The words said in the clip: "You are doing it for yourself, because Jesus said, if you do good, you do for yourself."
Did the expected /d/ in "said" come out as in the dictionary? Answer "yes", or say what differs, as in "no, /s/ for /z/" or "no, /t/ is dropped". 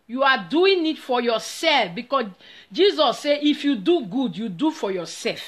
no, /d/ is dropped